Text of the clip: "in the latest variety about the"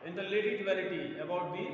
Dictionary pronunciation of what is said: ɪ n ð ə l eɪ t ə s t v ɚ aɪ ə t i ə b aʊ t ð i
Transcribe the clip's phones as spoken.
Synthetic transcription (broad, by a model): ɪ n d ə l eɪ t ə t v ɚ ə t i ə b aʊ t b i